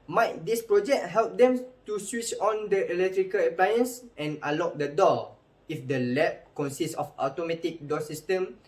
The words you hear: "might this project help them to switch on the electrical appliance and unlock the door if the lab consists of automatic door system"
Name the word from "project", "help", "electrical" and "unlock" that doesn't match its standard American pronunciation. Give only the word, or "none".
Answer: unlock